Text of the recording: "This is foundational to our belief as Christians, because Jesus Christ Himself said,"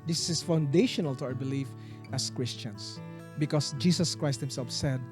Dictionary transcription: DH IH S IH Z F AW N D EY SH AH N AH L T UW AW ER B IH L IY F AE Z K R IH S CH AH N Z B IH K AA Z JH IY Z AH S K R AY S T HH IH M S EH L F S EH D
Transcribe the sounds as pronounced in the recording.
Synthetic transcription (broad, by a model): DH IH S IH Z F AW N D EY SH AH N AH L T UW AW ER B IH L IY F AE S K R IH S CH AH N S B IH K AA S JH IY S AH S K R AY S T HH IH M S EH L F S EH D